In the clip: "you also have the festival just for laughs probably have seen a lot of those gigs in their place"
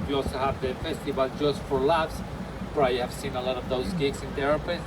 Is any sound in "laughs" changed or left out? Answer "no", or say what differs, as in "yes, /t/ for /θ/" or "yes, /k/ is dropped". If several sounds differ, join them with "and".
yes, /p/ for /f/